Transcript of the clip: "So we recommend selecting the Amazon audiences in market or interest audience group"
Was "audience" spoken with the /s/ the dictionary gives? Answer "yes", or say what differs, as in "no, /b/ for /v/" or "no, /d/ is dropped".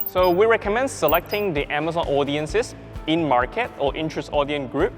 no, /s/ is dropped